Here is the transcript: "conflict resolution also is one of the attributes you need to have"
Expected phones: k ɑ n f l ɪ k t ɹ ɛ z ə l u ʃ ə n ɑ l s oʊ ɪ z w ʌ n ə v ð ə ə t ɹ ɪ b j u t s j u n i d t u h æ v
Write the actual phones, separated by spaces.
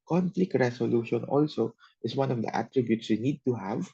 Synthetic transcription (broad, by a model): k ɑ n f l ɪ k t ɹ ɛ s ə l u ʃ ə n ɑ l s oʊ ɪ s w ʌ n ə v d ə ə t ɹ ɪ b j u t s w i n i d t u h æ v